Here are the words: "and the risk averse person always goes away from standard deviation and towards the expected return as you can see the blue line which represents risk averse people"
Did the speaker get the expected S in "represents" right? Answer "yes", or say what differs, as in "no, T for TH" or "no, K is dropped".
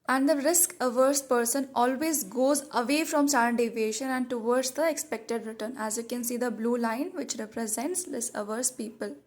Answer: yes